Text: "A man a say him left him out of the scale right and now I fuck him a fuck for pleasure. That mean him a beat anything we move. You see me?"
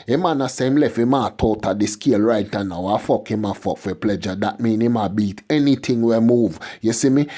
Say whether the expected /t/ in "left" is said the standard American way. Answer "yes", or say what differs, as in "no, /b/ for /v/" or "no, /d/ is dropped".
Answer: no, /t/ is dropped